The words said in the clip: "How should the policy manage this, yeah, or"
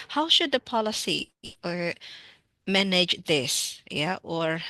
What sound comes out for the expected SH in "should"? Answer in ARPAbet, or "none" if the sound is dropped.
SH